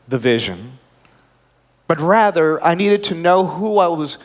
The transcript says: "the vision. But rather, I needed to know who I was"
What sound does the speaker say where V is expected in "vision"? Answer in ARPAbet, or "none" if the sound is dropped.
V